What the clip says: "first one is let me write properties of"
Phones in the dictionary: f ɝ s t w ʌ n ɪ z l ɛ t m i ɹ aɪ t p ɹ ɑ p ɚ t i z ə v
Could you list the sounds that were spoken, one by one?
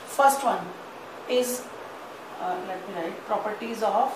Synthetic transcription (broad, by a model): f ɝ s t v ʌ n ɪ z l ɛ t m i l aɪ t p ɹ ɑ p ɚ t i z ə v